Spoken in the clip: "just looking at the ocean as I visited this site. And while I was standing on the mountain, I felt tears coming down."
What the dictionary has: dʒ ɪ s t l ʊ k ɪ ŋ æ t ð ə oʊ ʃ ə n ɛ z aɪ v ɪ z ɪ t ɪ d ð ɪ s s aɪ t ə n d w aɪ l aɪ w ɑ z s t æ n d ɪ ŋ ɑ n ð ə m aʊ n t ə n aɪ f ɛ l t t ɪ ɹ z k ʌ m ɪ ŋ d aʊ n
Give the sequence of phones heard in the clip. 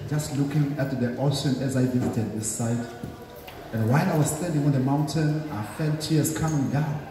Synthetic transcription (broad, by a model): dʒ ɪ s t l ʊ k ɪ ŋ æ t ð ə oʊ ʃ ə n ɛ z aɪ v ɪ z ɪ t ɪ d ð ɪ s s aɪ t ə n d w aɪ n aɪ w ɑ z s t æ n d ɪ ŋ ɑ n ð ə m aʊ n t ə n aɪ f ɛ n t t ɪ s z k ʌ m ɪ ŋ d aʊ n